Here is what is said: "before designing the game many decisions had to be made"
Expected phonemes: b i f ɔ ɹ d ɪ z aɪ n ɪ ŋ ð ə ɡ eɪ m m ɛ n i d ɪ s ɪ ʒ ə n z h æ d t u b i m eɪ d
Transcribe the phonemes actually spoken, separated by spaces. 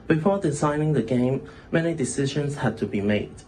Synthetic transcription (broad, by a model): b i f ɔ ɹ d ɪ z aɪ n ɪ ŋ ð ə ɡ eɪ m m ɛ n i d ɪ s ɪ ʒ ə n s h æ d t u b i m eɪ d